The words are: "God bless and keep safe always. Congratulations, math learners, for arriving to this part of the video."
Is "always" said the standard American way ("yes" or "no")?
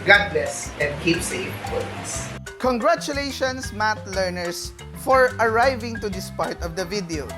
no